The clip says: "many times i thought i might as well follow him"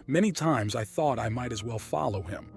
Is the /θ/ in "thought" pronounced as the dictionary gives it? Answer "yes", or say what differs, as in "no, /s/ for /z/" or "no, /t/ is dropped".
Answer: yes